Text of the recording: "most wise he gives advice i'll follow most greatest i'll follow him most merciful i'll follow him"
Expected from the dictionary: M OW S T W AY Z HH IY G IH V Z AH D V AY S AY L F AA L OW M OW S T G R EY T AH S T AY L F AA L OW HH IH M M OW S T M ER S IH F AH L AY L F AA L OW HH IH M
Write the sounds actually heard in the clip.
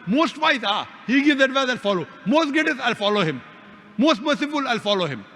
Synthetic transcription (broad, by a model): M OW S T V AY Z HH IY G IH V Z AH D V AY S AY L F AA L OW M OW S T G EY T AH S AY L F AA L OW HH IH M M OW S T M ER S IH F AH L AY L F AA L OW HH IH M